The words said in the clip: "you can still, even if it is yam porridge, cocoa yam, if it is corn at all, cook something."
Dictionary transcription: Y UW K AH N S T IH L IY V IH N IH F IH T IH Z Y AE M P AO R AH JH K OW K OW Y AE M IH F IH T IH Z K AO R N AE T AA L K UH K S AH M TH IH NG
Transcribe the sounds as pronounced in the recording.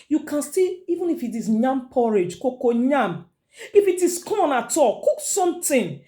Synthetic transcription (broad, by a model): Y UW K AH N S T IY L IY V IH N IH F IH T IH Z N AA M P AO R AH JH K OW K OW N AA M IH F IH T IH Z K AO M N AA T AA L K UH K S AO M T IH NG